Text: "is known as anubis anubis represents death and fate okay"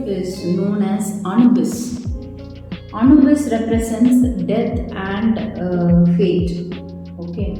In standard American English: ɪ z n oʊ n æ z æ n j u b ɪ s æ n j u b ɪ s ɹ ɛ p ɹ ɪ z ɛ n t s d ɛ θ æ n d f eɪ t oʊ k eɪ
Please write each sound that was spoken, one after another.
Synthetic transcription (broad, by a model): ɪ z n oʊ n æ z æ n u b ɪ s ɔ n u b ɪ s ɹ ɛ p ɹ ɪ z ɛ n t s d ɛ t æ n d f eɪ t oʊ k eɪ